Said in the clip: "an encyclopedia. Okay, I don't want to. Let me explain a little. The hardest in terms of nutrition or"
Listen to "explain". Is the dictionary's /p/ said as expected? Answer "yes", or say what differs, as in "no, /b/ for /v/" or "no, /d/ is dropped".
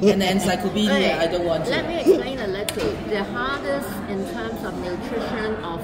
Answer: no, /p/ is dropped